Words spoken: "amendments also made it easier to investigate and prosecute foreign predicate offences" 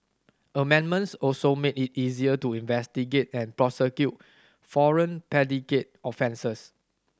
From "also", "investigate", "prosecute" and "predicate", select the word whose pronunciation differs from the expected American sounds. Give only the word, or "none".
predicate